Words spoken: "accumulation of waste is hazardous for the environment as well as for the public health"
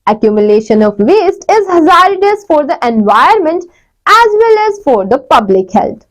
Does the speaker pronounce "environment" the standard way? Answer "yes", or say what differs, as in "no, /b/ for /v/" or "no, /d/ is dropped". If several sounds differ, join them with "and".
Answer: no, /ɹ/ is dropped